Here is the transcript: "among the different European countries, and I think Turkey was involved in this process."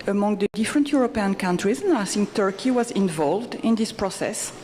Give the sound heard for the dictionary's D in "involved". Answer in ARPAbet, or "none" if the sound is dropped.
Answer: D